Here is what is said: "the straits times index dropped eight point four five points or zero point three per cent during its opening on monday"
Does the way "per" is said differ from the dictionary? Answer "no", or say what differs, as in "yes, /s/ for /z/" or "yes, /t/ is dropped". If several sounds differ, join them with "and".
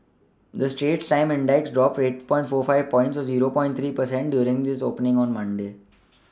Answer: no